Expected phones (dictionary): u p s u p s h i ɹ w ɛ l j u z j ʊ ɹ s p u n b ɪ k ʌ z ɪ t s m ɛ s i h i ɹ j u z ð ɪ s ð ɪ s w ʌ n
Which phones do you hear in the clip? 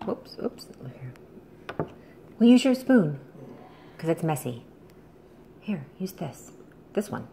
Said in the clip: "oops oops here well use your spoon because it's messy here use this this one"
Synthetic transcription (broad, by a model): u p s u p s h i ɹ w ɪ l j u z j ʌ ɹ s p u n k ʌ z ɪ t s m ɛ s i h i ɹ j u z ð ɪ s ð ɪ s w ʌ n